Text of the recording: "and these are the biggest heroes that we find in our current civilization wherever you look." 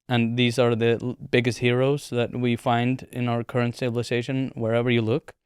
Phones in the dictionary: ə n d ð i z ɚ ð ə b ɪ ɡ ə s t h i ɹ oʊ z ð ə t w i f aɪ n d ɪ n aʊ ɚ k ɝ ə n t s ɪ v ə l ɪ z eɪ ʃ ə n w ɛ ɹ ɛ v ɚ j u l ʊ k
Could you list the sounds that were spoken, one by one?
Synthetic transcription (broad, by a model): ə n ð i z ɚ ð ə b ɪ ɡ ə s t h i ɹ oʊ z ð ə t w i f aɪ n d ɪ n aʊ ɚ k ɝ ə n t s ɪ b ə l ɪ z eɪ ʃ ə n w ɛ ɹ ɛ v ɚ j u l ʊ k